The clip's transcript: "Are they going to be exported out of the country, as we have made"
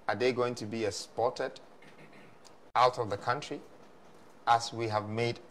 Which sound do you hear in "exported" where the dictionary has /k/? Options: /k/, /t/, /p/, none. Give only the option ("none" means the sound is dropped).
none